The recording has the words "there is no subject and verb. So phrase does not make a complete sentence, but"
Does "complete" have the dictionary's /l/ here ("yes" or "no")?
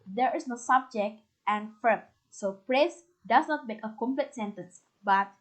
yes